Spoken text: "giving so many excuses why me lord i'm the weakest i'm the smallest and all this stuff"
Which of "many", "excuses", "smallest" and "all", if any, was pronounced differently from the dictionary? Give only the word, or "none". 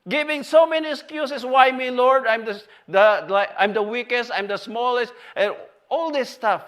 excuses